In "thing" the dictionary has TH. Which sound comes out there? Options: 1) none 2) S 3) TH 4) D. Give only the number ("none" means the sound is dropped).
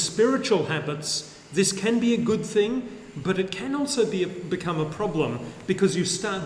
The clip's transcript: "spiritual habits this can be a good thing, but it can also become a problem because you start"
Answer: 3